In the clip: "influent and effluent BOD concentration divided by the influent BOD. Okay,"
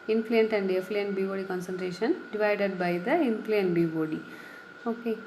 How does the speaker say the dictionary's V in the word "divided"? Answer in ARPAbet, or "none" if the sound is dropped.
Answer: V